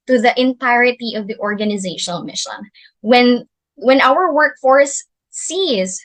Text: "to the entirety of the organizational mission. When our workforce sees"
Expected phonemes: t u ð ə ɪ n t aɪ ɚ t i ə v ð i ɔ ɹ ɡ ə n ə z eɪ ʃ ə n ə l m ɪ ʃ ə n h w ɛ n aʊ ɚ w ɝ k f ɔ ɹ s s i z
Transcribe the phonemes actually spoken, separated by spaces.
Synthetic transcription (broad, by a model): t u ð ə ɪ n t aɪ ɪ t i ə v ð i ɔ ɹ ɡ ə n ə z eɪ ʃ ə n ə l m ɪ ʃ ə n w w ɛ n aʊ ɚ w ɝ k f ɔ ɹ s s i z